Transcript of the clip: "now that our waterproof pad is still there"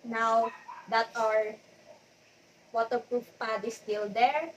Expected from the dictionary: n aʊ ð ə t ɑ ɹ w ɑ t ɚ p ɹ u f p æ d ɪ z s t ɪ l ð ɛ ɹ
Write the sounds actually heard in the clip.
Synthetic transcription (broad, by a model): n aʊ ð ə t ɑ ɹ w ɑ t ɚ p ɹ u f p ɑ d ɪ s t ɪ l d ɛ ɹ